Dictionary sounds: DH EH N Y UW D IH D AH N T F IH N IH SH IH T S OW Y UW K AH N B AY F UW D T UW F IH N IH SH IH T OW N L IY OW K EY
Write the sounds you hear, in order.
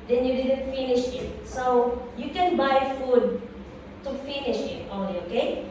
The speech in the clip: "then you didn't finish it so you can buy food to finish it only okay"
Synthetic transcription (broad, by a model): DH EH N Y UW D IH D AH N T F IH N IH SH IH T S OW Y UW K AH N B AY F UW D T UW F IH N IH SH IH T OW L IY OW K EY